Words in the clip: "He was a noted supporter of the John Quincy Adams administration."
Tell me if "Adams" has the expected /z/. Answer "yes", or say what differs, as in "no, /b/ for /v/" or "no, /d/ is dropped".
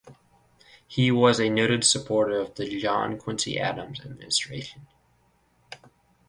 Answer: yes